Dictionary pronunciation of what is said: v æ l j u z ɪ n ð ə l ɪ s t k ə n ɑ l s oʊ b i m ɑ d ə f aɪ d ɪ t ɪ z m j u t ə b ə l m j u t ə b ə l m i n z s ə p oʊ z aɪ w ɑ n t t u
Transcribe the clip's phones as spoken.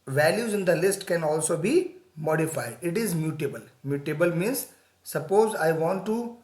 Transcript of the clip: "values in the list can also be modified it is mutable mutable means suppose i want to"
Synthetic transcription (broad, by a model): v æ l j u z ɪ n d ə l ɪ s t k ə n ɑ l s oʊ b i m ɑ d ə f aɪ d ɪ t ɪ z m j u t ə b ə l m j u t ə b ə l m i n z s ə p oʊ z aɪ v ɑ n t t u